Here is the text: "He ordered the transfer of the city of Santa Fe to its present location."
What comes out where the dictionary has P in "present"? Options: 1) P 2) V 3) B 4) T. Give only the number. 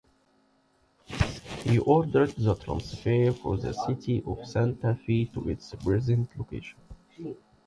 3